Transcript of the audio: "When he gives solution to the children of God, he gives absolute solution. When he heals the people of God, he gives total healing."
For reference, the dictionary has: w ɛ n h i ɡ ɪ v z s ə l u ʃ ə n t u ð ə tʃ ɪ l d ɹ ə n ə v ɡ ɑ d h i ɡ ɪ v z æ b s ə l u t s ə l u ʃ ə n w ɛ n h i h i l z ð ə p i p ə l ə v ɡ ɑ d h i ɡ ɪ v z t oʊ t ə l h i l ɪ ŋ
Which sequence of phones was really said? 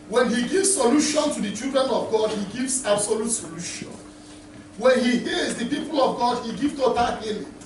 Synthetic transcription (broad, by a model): w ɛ n h i ɡ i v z s ə l u ʃ ə n t u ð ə tʃ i l d ɹ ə n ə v ɡ ɑ d h i ɡ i v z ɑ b s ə l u t s ə l u ʃ ə n w ɛ n h i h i z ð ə p i p ə l ə v ɡ ɑ d h i ɡ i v t oʊ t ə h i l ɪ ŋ